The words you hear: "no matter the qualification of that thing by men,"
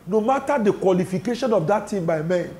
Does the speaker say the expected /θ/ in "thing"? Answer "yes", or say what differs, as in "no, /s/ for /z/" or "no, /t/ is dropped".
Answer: no, /t/ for /θ/